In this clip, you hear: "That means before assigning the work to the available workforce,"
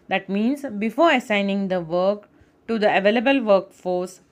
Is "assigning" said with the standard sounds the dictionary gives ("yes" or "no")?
yes